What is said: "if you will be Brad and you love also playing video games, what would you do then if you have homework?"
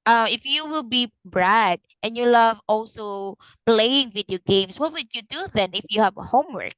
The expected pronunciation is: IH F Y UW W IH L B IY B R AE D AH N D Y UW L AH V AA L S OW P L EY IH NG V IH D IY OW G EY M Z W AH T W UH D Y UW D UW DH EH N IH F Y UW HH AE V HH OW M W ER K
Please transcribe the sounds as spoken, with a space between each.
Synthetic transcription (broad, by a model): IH F Y UW W IH L B IY B R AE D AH N Y UW L AH V AA L S OW P L EY IH NG V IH D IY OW G EY M S W AH T W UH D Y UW D UW DH EH N IH F Y UW HH AE V HH OW M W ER K